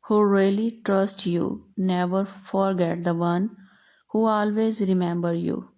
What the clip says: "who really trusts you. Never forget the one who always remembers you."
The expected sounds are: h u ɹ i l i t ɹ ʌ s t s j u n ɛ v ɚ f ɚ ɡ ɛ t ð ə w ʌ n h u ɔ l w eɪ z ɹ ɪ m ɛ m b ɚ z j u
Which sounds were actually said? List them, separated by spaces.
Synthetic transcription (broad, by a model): h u ɹ i l i t ɹ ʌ s t j u n ɛ v ɚ f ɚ ɡ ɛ t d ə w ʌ n h u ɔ l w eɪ z ɹ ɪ m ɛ m b ɚ j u